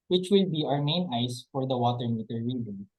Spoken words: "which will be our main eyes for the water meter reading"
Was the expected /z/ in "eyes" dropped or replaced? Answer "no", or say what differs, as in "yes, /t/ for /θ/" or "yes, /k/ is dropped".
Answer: yes, /s/ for /z/